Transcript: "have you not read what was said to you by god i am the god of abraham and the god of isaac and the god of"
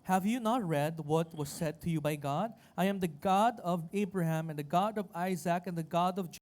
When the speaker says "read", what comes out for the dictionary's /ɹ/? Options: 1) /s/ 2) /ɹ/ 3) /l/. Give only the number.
2